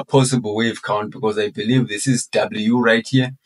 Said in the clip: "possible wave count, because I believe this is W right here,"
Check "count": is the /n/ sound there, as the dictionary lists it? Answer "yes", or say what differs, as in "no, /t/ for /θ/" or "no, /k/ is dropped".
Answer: yes